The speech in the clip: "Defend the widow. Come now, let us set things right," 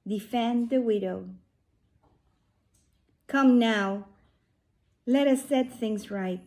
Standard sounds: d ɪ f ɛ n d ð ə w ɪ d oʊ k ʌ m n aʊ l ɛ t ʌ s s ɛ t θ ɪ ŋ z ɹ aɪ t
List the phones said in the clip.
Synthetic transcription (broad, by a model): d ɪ f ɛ n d ð ə w ɪ d oʊ k ʌ m n aʊ l ɛ t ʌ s s ɛ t θ ɪ ŋ z ɹ aɪ t